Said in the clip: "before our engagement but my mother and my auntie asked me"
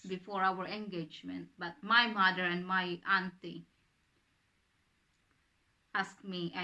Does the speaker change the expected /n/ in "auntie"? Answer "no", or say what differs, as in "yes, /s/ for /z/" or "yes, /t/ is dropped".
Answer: no